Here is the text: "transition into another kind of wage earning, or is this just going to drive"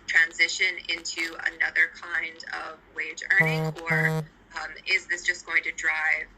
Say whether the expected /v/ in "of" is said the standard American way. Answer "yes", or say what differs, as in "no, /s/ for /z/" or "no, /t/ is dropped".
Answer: yes